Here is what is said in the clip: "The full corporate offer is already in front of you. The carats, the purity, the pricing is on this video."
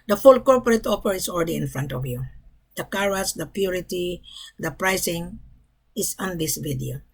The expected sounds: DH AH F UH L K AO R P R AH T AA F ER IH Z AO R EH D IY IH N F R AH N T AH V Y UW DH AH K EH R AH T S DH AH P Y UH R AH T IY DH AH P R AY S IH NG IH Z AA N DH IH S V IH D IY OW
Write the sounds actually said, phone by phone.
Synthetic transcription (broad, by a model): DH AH F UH L K AO R P R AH T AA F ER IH S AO L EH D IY IH N F R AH N T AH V Y UW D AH K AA R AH S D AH P Y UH R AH T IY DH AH P R AY S IH NG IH S AA N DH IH S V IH D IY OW